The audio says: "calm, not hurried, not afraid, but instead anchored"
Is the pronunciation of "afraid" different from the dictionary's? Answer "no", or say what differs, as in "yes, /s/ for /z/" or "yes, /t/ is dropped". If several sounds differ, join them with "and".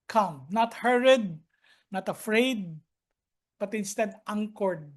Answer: no